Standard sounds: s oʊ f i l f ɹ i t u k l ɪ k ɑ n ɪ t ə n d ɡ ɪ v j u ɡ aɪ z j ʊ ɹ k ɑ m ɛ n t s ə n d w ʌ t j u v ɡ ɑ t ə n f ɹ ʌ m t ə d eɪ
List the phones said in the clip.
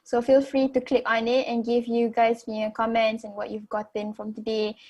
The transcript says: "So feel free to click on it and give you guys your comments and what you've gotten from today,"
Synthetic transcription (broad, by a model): s oʊ f i l f ɹ i t u k l ɪ k ɑ n ɪ t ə n ɡ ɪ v j u ɡ aɪ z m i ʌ k ɑ m ɛ n t s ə n w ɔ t j u v ɡ ɑ t ə n f ɹ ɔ m t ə d eɪ